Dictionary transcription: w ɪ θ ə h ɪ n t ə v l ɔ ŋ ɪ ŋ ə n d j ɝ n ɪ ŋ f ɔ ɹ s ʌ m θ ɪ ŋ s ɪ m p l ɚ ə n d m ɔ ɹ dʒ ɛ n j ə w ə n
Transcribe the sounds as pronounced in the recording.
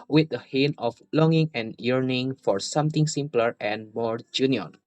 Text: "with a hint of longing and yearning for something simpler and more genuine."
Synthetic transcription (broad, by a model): w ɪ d ə h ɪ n ə f l ɔ ŋ ɪ ŋ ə n j ɝ n ɪ ŋ f ɔ ɹ s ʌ m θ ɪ ŋ s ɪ m p l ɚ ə n m ɔ ɹ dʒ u n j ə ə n